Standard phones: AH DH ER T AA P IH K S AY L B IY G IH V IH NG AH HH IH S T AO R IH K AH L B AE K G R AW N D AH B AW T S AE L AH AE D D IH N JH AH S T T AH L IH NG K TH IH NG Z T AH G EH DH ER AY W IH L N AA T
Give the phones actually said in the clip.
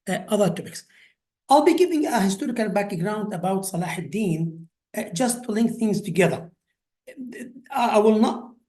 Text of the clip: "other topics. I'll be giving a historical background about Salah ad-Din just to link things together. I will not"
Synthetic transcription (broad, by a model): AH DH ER T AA P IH K S AY L B IY G IH V IH NG AH HH IH S T AO R IH K AH L B AE K G R AW N D AH B AW T S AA L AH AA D D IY N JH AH S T T AH L IH NG K TH IH NG Z T AH G EH DH ER AY W IH L N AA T